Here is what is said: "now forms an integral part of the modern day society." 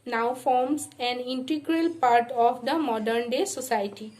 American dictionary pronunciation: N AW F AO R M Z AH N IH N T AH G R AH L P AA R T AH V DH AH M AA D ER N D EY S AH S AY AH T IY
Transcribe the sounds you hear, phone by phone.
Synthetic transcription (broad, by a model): N AW F AO R M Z AH N IH N T AH G R AH L P AA R T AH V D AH M AA D ER N D EY S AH S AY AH T IY